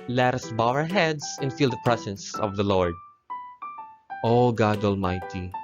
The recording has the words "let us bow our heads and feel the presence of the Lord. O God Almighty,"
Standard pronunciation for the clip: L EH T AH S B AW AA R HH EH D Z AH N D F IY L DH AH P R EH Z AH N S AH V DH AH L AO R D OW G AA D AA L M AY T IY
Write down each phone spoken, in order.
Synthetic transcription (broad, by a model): L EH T AH S B AW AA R HH EH D S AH N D F IY L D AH P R EH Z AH N S AH V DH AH L AO R D OW G AA D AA L M AY T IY